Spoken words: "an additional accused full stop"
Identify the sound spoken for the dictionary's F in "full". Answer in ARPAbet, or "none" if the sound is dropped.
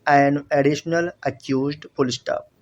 P